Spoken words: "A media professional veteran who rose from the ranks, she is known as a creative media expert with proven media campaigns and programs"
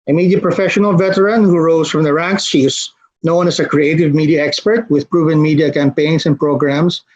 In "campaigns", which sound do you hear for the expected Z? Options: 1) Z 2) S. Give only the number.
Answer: 2